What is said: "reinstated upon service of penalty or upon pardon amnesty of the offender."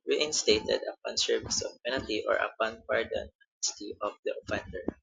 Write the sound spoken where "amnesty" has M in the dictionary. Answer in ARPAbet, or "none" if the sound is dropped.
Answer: none